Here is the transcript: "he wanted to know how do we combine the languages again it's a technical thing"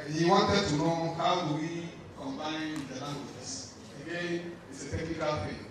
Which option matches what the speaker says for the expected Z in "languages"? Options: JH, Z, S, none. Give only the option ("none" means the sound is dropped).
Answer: S